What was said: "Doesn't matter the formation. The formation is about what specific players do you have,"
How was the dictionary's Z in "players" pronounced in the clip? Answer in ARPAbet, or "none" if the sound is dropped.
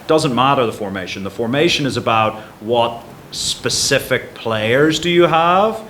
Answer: Z